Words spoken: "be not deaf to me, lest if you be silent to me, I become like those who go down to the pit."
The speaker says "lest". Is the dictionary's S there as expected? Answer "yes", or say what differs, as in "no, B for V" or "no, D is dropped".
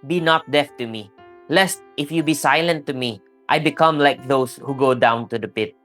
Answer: yes